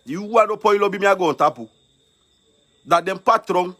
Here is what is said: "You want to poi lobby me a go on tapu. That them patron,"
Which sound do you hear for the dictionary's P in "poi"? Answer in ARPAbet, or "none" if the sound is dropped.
P